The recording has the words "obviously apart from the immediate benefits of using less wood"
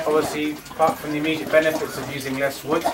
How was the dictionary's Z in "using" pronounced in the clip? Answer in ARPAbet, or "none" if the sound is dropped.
Z